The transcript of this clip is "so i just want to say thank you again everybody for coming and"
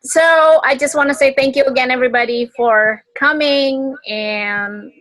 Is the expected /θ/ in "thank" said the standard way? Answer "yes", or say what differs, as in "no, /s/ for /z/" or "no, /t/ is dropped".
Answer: yes